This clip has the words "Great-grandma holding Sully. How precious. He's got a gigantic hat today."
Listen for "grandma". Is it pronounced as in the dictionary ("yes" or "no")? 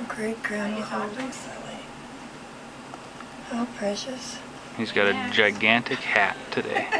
no